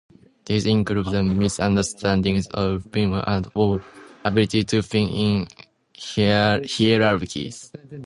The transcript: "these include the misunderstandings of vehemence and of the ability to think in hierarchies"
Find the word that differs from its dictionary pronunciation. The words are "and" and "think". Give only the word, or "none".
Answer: think